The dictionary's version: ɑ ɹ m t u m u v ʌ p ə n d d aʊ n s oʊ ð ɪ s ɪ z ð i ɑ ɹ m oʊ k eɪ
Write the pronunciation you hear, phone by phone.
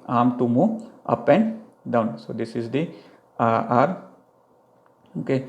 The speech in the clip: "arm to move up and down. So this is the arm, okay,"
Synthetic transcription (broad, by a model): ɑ m t u m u ʌ p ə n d d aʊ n s oʊ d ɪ s ɪ z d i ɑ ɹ oʊ k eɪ